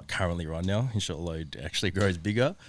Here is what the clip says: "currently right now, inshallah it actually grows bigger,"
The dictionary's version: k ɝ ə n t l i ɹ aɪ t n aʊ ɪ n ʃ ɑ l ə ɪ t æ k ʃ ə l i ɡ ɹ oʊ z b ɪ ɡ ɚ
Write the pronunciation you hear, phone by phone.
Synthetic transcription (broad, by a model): k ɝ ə n t l i ɹ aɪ n aʊ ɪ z ʃ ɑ l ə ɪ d æ k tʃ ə l i ɡ ɹ oʊ z b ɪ ɡ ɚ